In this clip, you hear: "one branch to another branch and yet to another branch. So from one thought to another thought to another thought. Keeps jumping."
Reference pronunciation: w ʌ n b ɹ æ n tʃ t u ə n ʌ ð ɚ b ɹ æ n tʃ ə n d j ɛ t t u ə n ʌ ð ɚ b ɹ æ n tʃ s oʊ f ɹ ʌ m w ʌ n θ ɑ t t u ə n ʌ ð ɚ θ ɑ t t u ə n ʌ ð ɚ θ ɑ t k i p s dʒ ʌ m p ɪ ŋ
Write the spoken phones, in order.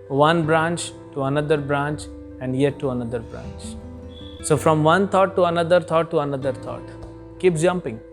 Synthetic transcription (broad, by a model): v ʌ n b ɹ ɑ n tʃ t u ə n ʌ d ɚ b ɹ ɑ n tʃ ə n d j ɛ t t u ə n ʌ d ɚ b ɹ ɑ n tʃ s oʊ f ɹ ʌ m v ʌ n t ɑ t t u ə n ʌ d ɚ t ɑ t t u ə n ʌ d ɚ t ɑ t k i p dʒ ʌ m p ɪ ŋ